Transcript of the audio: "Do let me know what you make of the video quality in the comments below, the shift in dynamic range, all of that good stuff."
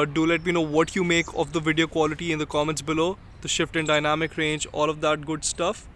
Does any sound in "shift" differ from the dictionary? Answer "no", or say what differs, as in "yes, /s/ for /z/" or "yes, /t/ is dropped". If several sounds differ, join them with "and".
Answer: no